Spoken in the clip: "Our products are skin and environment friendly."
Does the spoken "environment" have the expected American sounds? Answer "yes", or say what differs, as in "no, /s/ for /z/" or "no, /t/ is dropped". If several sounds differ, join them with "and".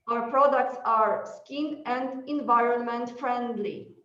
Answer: yes